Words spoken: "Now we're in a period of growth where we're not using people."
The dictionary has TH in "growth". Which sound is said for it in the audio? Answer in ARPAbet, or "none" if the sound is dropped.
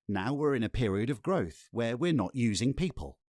TH